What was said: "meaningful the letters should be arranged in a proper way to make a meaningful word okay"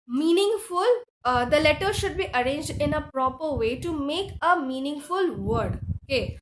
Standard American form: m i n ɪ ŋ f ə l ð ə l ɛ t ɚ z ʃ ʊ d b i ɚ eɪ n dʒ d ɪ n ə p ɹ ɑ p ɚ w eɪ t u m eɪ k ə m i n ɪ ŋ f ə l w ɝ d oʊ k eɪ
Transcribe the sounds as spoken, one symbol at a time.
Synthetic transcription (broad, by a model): m i n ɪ ŋ f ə l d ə l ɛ t ɚ ʃ ʊ d b i ɚ eɪ n dʒ d ɪ n ə p ɹ ɑ p ɚ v eɪ t u m eɪ k ə m i n ɪ ŋ f ə l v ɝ d oʊ k eɪ